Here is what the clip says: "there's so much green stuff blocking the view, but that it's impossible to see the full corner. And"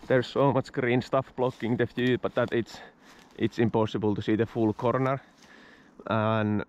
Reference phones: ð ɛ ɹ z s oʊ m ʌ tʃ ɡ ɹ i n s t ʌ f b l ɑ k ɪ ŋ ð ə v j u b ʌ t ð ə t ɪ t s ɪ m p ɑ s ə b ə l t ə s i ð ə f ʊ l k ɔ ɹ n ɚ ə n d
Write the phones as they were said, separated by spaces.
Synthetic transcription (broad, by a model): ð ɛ ɹ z s oʊ m ʌ tʃ ɡ ɹ i n s t ʌ f b l ɑ k ɪ ŋ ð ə f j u b ʌ t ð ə t ɪ t s ɪ m p ɑ s ə b ə l t ə s i ð ə f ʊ l k ɔ ɹ n ɚ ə n